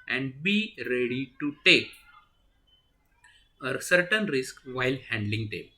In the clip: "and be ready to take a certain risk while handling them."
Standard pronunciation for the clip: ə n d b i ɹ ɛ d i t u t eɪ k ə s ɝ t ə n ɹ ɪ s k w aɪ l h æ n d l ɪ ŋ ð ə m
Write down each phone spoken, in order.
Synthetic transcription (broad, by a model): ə n d b i ɹ ɛ d i t u t eɪ k ə s ɝ t ə n ɹ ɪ s k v aɪ l h æ n d l ɪ ŋ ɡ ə m